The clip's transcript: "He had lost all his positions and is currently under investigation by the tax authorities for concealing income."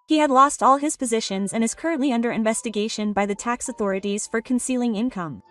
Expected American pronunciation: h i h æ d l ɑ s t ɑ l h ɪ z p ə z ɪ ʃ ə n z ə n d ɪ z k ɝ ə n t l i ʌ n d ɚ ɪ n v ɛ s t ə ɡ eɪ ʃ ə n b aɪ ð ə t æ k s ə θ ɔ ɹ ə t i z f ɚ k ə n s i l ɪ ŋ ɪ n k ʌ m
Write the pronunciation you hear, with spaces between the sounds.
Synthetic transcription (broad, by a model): h i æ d l ɑ s t ɑ l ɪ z p ə z ɪ ʃ ə n z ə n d ɪ z k ɝ ə n t l i ʌ n d ɚ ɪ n v ɛ s t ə ɡ eɪ ʃ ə n b aɪ ð ə t æ k s ə θ ɔ ɹ ə t i z f ɚ k ə n s i l ɪ ŋ ɪ n k ʌ m